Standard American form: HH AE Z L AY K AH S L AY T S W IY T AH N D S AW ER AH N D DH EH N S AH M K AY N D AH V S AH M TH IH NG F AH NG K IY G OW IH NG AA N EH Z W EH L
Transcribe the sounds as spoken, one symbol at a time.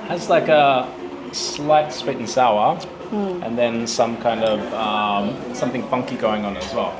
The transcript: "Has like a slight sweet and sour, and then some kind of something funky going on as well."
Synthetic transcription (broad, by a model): HH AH Z L AY K AH S L AY T S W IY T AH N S AW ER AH N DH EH N S AH M K AY N D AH V S AH M TH IH NG F AH NG K IY G OW IH NG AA N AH Z W EH L